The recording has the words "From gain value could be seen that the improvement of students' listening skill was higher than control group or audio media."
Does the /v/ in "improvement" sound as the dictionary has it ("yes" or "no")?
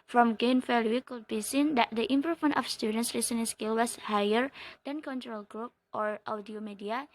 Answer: no